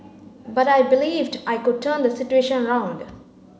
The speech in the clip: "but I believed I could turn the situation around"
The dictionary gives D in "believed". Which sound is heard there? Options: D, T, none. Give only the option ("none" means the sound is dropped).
D